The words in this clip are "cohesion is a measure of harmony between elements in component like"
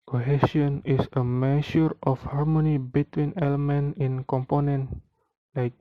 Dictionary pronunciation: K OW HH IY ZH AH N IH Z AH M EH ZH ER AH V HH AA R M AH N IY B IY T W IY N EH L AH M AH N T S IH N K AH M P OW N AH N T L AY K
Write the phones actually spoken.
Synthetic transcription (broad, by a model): K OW HH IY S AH N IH S AH M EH SH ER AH F HH AA R M AH N IY B IY T W IY N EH L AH M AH N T IH N K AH M P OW N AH N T L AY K